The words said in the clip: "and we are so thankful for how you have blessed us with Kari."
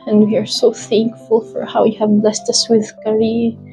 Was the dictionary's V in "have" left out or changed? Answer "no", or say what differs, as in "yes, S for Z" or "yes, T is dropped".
no